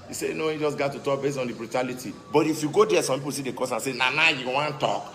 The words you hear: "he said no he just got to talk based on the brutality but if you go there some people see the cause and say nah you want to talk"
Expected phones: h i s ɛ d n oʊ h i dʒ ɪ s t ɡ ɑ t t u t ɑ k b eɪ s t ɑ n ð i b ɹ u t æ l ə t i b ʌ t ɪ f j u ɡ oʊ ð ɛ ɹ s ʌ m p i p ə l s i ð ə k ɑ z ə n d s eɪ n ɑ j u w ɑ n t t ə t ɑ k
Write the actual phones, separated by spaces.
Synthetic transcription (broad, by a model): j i s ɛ n oʊ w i dʒ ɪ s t ɡ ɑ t t u t ɑ k b eɪ s t ɑ n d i b ɹ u t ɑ l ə t i b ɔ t ɪ f j u ɡ oʊ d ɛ s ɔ m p i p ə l s i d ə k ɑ s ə n s eɪ n ɑ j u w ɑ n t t t ɑ k